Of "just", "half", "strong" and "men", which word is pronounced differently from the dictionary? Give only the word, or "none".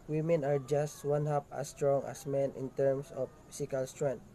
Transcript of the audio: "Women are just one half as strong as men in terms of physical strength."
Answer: half